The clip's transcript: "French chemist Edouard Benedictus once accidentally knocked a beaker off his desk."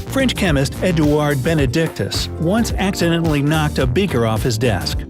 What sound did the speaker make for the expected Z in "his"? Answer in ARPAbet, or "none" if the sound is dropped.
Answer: Z